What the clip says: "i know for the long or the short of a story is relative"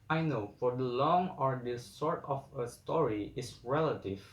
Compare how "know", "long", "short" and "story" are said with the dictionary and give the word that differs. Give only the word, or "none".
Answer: short